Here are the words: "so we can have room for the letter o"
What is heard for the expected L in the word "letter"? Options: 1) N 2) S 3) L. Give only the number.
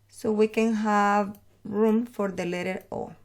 3